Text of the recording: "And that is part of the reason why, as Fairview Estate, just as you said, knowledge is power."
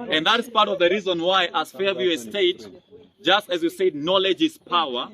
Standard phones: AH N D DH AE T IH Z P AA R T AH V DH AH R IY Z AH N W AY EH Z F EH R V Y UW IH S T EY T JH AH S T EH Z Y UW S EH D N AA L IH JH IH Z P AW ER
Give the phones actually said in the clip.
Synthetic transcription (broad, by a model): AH N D DH AE T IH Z P AA R T AH V DH AH R IY Z AH N W AY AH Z F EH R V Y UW IH S T EY T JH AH S T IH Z Y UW S EH D N AA L IH JH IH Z P AW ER